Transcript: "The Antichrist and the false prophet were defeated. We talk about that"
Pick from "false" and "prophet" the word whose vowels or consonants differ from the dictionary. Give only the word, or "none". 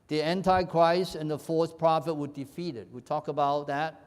false